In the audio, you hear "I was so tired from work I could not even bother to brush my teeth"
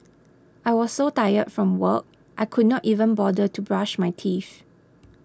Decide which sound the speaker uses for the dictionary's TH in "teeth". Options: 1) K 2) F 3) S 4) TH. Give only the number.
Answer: 2